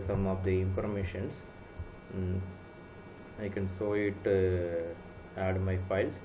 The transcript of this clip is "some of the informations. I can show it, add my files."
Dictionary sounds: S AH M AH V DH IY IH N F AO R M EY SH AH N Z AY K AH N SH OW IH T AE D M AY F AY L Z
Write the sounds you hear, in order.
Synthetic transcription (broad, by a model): S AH M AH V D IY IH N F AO R M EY SH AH N S AY K AH N S OW IH T AE D M AY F AY L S